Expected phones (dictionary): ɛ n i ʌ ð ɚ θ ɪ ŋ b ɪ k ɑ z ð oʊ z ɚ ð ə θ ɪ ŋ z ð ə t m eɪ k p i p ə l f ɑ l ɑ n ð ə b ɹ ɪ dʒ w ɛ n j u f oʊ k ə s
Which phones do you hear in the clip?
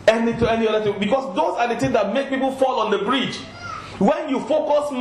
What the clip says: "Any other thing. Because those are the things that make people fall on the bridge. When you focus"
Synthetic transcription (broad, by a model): ɛ n i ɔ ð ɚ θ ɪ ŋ b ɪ k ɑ s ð oʊ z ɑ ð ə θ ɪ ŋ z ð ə t m eɪ k p i p ə l f ɑ l ɑ n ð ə b ɹ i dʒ w ɛ n j u f oʊ k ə s